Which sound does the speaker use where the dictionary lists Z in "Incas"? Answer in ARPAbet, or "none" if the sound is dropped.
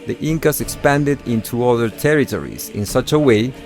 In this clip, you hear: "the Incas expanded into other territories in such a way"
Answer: S